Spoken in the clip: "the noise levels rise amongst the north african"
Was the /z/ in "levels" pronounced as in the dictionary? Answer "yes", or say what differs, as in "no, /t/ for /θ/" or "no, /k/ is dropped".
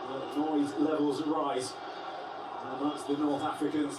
yes